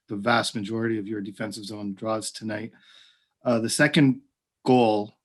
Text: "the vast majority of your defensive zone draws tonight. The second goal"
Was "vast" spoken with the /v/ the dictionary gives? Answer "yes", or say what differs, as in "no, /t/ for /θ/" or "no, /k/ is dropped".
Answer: yes